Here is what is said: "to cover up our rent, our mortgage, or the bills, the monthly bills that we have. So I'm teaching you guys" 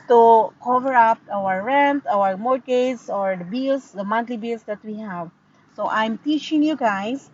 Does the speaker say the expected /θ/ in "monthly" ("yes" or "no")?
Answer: no